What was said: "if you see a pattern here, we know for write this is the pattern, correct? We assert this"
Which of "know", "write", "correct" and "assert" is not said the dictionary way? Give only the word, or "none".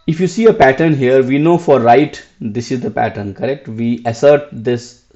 none